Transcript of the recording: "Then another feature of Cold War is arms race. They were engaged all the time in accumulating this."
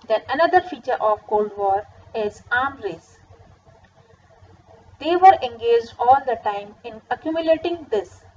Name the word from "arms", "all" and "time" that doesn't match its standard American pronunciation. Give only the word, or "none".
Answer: arms